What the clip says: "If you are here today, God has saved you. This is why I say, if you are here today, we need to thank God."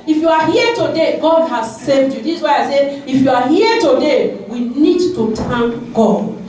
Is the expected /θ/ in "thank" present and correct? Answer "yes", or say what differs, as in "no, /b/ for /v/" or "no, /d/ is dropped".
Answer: no, /t/ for /θ/